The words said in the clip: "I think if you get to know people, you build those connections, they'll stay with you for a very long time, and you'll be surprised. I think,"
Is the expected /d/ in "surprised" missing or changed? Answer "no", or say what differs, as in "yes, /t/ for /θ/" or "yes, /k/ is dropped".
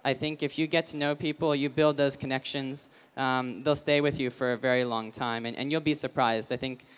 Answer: no